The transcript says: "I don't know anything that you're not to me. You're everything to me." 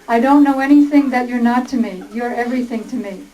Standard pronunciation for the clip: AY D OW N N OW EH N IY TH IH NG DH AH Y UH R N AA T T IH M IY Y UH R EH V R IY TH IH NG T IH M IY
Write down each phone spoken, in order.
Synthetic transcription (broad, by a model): AY D OW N N OW EH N IY TH IH NG DH AH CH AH R N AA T T IH M IY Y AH R EH V R IY TH IH NG T IH M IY